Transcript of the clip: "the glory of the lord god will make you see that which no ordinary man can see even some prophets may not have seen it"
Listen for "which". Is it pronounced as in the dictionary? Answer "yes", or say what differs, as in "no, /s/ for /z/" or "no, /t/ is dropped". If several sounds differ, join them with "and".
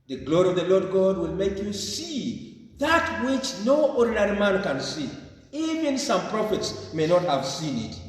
yes